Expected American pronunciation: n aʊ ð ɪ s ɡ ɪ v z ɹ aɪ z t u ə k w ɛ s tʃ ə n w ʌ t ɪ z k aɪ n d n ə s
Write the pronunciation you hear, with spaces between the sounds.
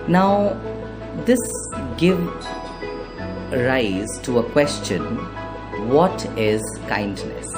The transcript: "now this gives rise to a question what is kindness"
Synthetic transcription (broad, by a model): n aʊ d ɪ s ɡ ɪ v ɹ aɪ z t u ə k w ɛ s tʃ ə n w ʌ t ɪ z k aɪ n d n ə s